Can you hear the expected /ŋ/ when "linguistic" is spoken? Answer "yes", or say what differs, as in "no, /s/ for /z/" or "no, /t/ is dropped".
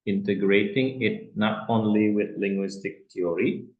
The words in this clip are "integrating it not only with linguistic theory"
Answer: yes